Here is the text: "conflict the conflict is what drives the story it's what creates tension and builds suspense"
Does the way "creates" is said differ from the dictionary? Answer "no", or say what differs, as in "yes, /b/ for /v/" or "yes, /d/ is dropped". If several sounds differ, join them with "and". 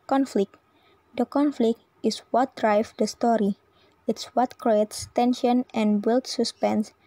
no